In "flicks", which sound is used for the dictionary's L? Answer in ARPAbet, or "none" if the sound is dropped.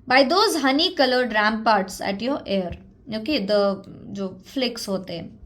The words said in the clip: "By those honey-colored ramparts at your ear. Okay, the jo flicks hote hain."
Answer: L